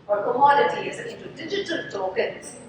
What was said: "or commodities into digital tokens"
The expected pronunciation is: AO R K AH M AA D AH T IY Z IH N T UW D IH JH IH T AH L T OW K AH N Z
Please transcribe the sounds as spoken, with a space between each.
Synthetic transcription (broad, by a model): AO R K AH M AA D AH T IY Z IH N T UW D IH JH IH T AH L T OW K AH N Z